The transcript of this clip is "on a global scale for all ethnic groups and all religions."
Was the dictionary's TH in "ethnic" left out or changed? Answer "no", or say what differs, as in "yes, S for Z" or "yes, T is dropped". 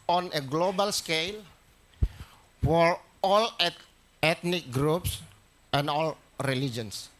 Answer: yes, T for TH